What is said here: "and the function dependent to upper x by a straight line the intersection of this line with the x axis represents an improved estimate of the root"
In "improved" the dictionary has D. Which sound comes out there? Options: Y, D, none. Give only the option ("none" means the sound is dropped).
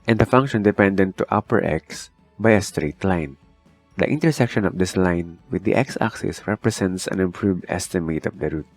D